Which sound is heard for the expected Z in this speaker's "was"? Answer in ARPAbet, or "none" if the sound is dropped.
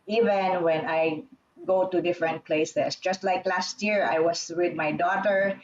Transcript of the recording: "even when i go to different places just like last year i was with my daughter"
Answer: S